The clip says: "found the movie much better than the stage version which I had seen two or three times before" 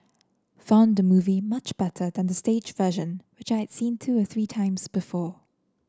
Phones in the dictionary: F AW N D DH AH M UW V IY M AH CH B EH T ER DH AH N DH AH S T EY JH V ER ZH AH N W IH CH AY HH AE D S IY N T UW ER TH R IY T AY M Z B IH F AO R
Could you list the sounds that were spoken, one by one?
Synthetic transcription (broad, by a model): F AW N D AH M UW V IY M AH CH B EH T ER DH AH N DH AH S T EY JH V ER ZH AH N W IH CH AY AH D S IY N T UW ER TH R IY T AY M Z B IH F AO